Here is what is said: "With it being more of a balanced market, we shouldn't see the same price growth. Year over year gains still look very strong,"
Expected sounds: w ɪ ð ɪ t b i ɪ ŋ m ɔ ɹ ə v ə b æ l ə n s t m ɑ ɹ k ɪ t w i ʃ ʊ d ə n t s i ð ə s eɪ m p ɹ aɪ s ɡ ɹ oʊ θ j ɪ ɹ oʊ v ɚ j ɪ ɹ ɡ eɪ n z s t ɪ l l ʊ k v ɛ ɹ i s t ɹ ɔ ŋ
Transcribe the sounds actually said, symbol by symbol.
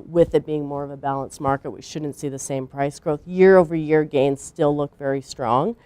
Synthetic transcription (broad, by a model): w ɪ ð ɪ t b i ɪ ŋ m ɔ ɹ ə v ə b æ l ə n s m ɑ ɹ k ɪ t w i ʃ ʊ d n t s i ð ə s eɪ m p ɹ aɪ s ɡ ɹ oʊ θ j ɪ ɹ oʊ v ɚ j ɪ ɹ ɡ eɪ n z s t ɪ l l ʊ k v ɛ ɹ i s t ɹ ɔ ŋ